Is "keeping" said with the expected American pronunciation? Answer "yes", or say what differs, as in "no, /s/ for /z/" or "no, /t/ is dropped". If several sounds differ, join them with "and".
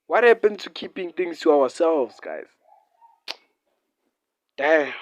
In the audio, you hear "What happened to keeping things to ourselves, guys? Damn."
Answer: yes